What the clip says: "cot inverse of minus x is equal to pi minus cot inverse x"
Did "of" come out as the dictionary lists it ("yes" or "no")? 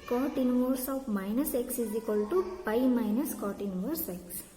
no